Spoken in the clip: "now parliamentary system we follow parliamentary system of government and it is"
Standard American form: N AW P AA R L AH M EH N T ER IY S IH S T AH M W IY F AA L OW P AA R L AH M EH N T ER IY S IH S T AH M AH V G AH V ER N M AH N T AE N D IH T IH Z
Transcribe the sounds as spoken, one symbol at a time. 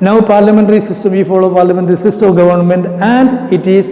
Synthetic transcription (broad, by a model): N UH P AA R L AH M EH N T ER IY S IH S T AH M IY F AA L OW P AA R L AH M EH N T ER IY S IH S T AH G AH V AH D N M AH N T AE N D IH T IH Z